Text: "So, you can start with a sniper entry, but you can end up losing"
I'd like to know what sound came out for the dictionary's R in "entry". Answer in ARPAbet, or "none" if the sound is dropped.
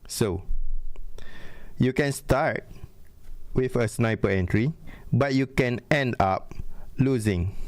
R